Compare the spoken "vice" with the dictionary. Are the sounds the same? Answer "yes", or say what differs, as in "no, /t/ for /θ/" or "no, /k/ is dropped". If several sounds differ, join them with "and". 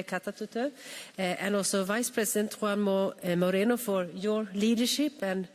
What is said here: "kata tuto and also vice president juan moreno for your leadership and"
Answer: yes